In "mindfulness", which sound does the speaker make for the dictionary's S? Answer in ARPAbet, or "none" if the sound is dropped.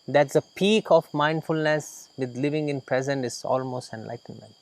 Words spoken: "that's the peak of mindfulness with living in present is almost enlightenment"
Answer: S